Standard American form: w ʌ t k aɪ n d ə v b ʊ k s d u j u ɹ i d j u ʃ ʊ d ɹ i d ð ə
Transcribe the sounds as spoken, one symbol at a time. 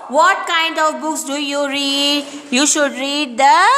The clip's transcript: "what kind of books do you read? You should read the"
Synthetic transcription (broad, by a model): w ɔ t k aɪ n d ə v b ʊ k s d u j u ɹ i d j u ʃ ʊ d ɹ i d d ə